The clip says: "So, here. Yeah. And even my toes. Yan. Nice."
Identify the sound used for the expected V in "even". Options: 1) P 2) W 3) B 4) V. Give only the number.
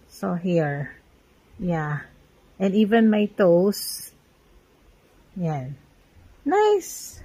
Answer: 4